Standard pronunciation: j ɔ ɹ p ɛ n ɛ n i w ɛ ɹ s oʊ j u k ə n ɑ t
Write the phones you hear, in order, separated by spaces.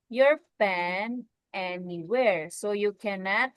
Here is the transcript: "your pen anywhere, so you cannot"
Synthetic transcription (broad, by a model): j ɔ ɹ f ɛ n ɛ n i w ɛ ɹ s oʊ j u k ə n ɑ t